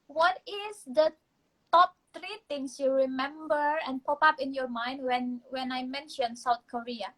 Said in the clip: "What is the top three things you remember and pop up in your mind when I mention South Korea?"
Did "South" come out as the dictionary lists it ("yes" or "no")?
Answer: no